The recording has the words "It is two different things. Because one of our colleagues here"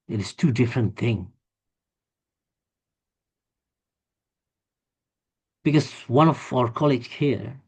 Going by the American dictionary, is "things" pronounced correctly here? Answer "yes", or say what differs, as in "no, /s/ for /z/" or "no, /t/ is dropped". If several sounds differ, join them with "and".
no, /z/ is dropped